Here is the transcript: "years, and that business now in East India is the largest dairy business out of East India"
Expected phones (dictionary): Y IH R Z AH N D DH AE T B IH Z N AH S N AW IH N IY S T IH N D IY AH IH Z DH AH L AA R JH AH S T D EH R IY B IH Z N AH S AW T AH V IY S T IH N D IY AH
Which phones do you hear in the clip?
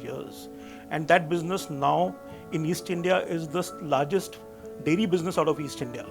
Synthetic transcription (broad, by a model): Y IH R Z AH N D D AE T B IH Z N AH S N AW IH N IY S T IH N D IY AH IH Z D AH L AA R JH AH S T D EH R IY B IH Z N AH S AW T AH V IY S T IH N D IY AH